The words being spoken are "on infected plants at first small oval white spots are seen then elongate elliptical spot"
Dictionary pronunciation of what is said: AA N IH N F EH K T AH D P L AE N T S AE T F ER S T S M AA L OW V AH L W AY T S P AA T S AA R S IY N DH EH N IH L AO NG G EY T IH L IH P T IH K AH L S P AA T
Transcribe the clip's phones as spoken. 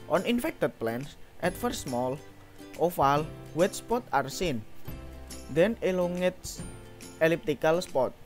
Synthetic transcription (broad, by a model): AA N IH N F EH K T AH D P L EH N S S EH T F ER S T S M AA L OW F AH L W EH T S P AA T AA R S IY N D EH N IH L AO NG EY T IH L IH P T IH K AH L S P AA T